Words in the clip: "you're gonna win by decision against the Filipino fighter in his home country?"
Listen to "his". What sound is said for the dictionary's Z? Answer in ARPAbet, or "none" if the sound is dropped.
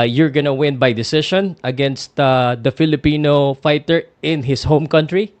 S